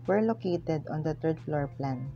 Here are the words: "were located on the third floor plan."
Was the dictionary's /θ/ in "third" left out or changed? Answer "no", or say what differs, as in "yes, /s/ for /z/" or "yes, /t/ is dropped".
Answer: yes, /t/ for /θ/